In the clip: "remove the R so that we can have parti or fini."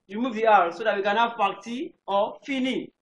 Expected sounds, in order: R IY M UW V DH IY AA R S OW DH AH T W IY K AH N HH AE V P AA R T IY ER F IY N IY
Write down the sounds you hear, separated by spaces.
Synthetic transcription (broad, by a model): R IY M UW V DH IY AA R S OW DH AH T W IY K AH N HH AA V F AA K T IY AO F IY N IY